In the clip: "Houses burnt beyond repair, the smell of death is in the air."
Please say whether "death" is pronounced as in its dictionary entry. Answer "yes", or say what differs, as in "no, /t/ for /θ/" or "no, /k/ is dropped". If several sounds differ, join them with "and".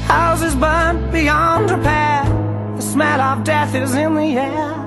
yes